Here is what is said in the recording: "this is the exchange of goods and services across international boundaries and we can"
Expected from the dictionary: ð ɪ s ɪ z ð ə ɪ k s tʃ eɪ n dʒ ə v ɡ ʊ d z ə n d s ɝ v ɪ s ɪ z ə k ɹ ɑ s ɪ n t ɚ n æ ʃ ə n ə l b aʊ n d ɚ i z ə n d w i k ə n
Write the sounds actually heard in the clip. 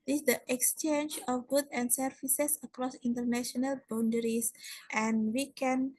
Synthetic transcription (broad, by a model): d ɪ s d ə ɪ k s tʃ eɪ n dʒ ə f ɡ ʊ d ə n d s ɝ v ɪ s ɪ s ə k ɹ ɑ s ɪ n t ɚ n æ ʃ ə n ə l b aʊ n d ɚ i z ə n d w i k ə n